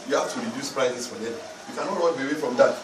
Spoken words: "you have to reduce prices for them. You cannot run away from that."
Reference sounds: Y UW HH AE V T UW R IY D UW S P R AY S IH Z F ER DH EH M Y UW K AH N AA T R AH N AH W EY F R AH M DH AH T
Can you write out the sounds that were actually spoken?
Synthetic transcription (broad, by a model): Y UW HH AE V T UW R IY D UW S P R AY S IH S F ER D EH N Y UW K AH N AA T W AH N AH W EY F R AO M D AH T